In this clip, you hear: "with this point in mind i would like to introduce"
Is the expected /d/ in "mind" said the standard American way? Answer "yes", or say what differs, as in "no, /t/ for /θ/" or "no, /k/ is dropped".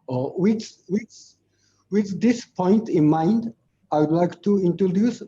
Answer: yes